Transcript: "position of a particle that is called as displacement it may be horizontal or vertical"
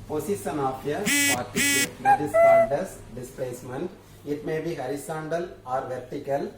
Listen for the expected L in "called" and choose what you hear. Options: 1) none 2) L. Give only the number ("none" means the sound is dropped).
1